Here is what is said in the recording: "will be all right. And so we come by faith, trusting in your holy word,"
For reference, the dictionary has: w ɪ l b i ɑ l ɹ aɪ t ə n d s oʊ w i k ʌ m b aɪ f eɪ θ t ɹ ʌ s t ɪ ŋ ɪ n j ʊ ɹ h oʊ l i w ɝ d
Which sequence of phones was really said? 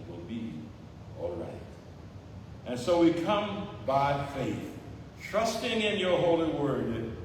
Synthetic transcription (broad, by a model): w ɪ l b i ɑ l ɹ aɪ t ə n s oʊ w i k ʌ m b aɪ f eɪ θ t ɹ ʌ s t ɪ ŋ ɪ n j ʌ ɹ h oʊ l i w ɝ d